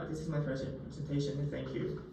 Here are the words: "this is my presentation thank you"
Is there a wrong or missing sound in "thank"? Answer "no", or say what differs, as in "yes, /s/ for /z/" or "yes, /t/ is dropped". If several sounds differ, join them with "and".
no